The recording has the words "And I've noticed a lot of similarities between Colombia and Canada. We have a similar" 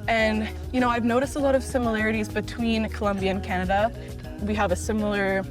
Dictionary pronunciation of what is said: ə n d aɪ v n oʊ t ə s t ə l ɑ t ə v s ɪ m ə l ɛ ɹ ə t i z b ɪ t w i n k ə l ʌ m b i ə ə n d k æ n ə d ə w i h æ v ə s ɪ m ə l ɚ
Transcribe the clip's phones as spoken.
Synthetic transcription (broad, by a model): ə n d aɪ v n oʊ t ə s t ə l ɑ t ə v s ɪ m ə l ɛ ɹ ə t i z b ɪ t w i n k ə l ʌ m b i ə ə n k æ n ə d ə w i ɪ v ə s ɪ m l ɚ